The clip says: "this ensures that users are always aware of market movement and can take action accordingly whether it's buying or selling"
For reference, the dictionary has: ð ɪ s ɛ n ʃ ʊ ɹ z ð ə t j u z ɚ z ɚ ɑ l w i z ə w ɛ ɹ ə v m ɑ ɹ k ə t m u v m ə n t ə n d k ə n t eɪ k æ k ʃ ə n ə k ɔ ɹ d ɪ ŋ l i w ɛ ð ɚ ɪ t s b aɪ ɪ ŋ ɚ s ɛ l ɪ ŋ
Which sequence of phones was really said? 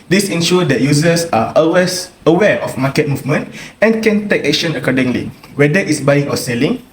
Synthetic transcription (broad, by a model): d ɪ s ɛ n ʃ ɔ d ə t j u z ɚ s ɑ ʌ w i s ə w ɛ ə f m ɑ k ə t m u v m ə n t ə n k ə n t eɪ k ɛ k ʃ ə n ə k ɔ d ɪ ŋ l i w ɛ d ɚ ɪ t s b aɪ ɪ ŋ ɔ s ɛ l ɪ ŋ